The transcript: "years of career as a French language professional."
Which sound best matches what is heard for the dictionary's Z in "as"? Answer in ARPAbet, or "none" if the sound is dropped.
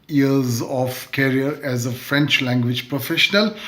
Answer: Z